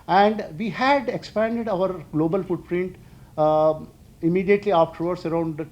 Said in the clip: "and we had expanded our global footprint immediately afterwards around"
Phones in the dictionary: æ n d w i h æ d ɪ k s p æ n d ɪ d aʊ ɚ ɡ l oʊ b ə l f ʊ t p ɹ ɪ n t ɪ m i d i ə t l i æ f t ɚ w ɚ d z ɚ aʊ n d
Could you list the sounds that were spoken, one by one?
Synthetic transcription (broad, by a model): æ n d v i h æ d ɪ k s p æ n d ɪ d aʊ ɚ ɡ l oʊ b ə l f ʊ t p ɹ ɪ n t ɪ m i d i ə t l i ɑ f t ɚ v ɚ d s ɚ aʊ n d